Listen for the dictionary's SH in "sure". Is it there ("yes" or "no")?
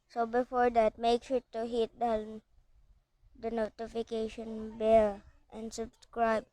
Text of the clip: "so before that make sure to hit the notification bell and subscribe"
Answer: no